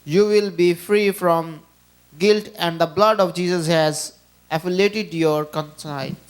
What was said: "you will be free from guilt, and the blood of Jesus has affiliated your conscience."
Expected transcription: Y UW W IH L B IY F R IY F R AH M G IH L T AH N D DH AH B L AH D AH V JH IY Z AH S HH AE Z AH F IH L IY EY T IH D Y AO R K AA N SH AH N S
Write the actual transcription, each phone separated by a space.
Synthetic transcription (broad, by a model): Y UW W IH L B IY F R IY F R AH M G IH L T AH N D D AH B L AH D AH V JH IY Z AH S HH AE Z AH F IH L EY T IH D Y AO R K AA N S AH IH